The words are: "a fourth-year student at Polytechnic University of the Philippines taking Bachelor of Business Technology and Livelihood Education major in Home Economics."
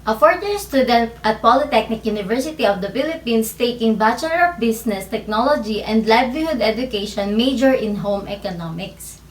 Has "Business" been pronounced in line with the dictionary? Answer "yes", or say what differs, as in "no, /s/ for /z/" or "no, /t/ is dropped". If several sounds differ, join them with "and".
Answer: no, /s/ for /z/